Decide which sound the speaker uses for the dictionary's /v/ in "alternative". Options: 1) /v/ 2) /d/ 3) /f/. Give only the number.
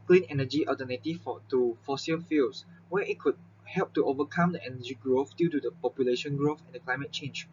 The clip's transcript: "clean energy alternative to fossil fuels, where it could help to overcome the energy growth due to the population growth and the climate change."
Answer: 3